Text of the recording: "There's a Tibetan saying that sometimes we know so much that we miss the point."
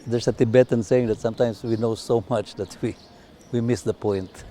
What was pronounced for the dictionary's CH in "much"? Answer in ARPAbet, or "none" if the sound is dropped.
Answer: CH